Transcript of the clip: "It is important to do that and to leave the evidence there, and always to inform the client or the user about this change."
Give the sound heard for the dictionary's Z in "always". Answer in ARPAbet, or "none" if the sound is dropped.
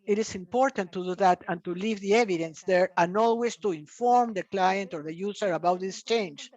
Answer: S